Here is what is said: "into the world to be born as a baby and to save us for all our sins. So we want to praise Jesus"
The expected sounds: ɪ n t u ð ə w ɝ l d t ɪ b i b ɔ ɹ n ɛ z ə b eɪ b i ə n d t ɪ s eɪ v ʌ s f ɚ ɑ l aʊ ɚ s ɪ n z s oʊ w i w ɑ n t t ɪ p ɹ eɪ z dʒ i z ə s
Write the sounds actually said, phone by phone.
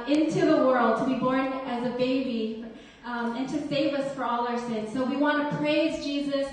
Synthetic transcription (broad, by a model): ɪ n t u ð ə w ɝ l d t ɪ b i b ɔ ɹ n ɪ z ə b eɪ b i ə n t ɪ s eɪ v ʌ s f ɚ ɑ l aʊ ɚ s ɪ n z s oʊ w i w ɑ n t t ɪ p ɹ eɪ z dʒ i z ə s